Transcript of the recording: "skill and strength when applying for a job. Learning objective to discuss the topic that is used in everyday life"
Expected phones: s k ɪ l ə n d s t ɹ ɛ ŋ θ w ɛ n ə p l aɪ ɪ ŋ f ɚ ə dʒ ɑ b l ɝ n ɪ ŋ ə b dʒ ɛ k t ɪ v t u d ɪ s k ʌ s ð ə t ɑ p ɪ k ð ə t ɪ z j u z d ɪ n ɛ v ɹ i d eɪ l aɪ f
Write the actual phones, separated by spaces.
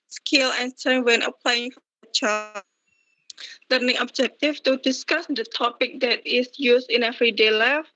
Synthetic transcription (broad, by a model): s k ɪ l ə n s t ɛ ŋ w ɛ n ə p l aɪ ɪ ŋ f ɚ ə tʃ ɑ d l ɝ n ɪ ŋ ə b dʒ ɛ k t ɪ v t u d ɪ s k ʌ s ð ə t ɑ p ɪ k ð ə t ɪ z j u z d ɪ n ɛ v ɹ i d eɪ l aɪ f